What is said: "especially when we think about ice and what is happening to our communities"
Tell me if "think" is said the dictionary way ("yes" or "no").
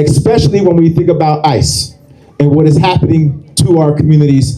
yes